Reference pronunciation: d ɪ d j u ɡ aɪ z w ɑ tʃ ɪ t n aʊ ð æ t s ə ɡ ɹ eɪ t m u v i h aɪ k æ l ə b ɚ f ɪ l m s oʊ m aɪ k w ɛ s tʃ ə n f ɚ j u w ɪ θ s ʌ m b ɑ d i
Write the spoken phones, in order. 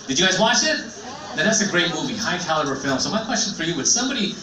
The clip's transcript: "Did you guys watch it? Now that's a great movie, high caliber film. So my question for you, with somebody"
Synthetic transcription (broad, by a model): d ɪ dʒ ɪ ɡ aɪ z w ɑ tʃ ɪ t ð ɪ ð æ t s ə ɡ ɹ eɪ t m u v i h aɪ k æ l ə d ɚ f ɪ l m s oʊ m aɪ k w ɛ s tʃ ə n f ɚ j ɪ w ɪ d s ʌ m b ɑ d i